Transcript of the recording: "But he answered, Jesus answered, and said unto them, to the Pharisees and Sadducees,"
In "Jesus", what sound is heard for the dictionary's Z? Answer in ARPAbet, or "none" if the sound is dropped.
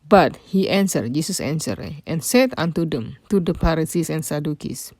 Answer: S